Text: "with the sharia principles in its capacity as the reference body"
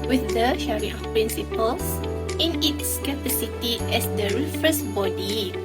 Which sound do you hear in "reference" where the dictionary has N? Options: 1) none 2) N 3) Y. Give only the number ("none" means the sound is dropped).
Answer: 1